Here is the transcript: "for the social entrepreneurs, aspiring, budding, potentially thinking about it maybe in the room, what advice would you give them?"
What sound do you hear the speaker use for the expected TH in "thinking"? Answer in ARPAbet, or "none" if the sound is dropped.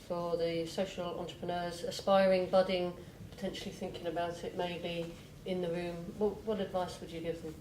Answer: TH